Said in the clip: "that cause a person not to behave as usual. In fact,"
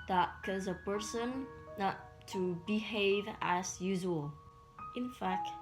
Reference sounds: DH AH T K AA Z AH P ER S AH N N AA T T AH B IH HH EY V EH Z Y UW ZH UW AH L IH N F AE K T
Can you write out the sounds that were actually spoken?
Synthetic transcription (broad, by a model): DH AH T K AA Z AH P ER S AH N N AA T T AH B IH HH EY V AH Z Y UW ZH UW AH L IH N F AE K T